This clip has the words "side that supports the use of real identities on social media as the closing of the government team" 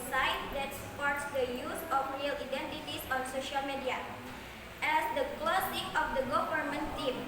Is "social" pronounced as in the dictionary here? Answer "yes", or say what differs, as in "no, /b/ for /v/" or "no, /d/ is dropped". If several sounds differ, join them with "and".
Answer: yes